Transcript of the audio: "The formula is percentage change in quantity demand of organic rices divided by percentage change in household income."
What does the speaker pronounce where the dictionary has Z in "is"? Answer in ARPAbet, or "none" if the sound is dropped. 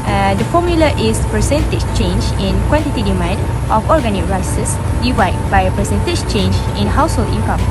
S